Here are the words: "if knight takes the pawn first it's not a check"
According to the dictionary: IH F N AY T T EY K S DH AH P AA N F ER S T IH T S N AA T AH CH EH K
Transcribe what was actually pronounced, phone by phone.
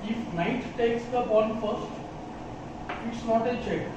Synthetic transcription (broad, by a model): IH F N AY T T EY K S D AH B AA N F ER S T IH T S N AA T AH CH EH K